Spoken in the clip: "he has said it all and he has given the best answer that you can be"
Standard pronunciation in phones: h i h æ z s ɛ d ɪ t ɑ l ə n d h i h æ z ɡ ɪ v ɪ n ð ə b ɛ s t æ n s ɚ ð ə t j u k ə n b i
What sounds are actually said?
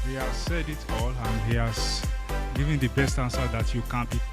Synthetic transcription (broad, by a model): h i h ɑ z s ɛ d ɪ t ɑ l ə n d h i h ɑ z ɡ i v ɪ n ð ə b ɛ s t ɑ n s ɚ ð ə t j u k ə n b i